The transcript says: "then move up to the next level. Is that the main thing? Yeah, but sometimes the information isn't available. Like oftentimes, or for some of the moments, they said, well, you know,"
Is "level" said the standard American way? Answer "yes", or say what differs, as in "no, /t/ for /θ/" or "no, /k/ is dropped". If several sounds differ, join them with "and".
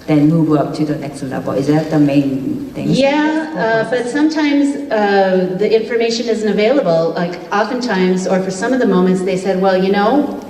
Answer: no, /b/ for /v/